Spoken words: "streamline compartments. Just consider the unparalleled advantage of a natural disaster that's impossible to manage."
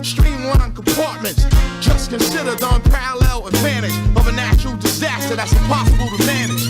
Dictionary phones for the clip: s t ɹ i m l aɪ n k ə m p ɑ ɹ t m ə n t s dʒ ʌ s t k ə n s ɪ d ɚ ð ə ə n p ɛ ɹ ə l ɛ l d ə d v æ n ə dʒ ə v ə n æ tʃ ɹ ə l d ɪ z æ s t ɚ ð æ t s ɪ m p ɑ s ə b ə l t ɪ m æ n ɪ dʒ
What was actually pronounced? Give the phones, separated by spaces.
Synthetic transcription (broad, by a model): s t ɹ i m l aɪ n k ə m p ɑ ɹ t m ə n t s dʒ ʌ s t k ə n s ɪ d ɚ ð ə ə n p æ ɹ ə l ɛ l ə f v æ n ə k ə v ə n æ ʃ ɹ l d ɪ z æ s t ɚ ð æ t s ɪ p ɑ s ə b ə l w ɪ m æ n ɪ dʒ